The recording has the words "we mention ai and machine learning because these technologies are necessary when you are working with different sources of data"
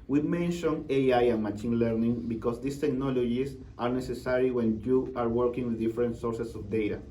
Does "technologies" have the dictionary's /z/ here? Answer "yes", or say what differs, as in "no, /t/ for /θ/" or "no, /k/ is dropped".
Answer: no, /s/ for /z/